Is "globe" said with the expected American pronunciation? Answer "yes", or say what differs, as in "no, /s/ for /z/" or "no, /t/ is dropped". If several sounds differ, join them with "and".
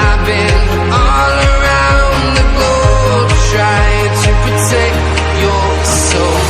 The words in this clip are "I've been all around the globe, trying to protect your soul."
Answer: no, /l/ is dropped